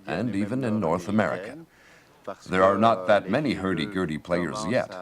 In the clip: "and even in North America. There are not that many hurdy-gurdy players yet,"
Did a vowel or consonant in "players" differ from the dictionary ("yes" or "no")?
no